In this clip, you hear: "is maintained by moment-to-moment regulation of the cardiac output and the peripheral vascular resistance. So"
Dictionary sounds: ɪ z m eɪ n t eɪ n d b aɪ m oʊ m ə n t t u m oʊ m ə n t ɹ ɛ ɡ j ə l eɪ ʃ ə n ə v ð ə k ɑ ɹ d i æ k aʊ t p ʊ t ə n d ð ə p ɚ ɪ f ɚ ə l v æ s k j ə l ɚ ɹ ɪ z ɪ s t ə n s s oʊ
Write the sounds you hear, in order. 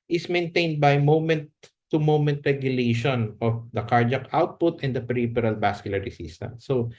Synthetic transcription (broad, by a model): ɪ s m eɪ n t eɪ n d b aɪ m oʊ m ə n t t u m oʊ m ə n t ɹ ɛ ɡ j ə l eɪ ʃ ə n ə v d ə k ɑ ɹ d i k aʊ t p ʊ t ə n d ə p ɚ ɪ p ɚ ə l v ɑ s k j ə l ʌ ɹ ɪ s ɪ s t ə n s s oʊ